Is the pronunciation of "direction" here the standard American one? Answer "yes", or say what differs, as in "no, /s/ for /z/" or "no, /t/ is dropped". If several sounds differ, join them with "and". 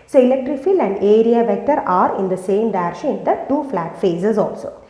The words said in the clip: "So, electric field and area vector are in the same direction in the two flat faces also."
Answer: no, /n/ is dropped